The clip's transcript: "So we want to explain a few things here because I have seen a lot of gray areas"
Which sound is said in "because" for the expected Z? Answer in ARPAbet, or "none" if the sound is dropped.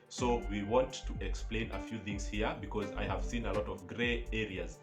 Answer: Z